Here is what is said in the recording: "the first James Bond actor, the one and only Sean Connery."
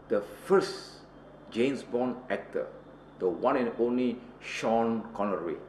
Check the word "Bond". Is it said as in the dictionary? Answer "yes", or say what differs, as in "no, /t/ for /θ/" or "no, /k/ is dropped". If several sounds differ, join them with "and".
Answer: no, /d/ is dropped